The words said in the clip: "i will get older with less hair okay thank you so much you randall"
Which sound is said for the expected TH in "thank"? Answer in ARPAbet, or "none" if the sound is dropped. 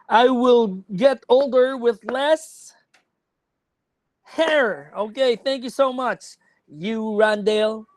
TH